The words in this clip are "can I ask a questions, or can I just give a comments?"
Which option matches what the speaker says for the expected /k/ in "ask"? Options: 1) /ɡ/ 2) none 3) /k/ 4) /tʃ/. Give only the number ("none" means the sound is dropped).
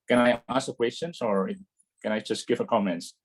2